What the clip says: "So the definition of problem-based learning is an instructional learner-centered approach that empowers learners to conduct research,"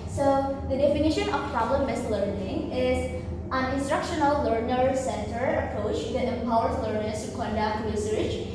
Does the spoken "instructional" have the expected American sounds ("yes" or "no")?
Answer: yes